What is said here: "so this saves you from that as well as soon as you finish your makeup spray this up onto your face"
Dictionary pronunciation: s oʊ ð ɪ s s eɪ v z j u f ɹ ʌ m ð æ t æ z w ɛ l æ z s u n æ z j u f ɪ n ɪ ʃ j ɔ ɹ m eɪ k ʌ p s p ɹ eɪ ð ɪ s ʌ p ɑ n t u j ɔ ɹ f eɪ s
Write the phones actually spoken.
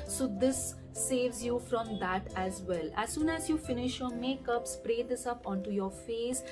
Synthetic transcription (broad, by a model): s oʊ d ɪ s s eɪ v z j u f ɹ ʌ m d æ t æ z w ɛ l æ z s u n æ z j u f ɪ n ɪ ʃ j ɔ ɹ m eɪ k ʌ p s p ɹ eɪ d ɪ s ʌ p ɑ n t u j ɔ ɹ f eɪ s